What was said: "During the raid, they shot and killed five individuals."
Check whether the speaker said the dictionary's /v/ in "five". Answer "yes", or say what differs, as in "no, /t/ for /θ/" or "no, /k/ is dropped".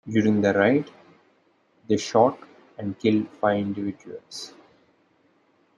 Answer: no, /v/ is dropped